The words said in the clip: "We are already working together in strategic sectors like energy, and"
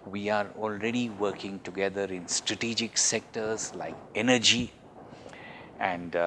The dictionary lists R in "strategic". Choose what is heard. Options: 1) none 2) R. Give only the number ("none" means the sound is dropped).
2